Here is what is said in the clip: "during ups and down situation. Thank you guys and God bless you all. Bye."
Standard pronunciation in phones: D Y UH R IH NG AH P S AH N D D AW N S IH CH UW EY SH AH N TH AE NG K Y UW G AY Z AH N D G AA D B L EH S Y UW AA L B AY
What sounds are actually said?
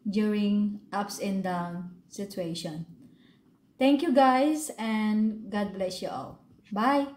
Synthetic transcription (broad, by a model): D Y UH R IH NG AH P S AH N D D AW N S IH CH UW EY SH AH N T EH NG K Y UW G AY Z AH N G AA D B L EH S Y UW AA L B AY